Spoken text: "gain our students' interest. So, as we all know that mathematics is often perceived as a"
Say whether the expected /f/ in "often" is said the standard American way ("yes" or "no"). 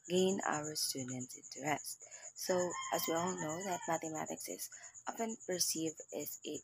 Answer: no